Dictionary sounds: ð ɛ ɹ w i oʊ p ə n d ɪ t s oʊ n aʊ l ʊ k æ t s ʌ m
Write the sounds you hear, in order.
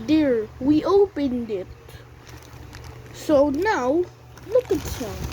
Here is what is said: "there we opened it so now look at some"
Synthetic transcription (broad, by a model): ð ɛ ɹ w i oʊ p ə n d ɪ t s oʊ n aʊ l ʊ k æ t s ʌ